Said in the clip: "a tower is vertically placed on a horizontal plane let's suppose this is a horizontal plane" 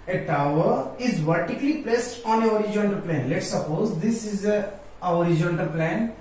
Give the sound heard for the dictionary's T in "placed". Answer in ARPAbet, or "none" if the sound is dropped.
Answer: T